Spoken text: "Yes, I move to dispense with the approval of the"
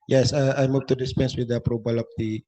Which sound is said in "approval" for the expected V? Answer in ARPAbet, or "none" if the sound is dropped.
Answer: B